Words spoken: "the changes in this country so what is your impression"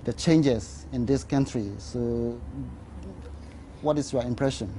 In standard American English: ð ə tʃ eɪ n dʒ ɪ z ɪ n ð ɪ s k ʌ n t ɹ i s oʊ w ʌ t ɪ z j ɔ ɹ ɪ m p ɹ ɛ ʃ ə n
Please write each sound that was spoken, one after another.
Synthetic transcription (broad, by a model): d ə tʃ eɪ n dʒ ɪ s ɪ n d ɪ s k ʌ n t ɹ i s oʊ w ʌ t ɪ s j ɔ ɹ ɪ m p ɹ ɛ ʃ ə n